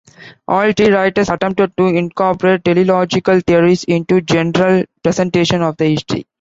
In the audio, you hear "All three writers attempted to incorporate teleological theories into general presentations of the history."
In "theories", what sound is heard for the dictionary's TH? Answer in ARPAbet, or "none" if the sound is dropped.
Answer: T